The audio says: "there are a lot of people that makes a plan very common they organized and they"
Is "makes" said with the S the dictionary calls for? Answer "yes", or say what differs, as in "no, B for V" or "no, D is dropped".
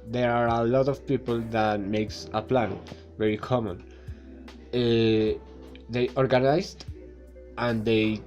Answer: yes